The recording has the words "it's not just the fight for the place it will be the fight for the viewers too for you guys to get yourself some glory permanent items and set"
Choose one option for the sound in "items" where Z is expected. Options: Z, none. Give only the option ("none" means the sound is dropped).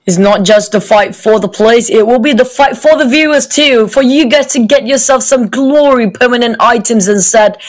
Z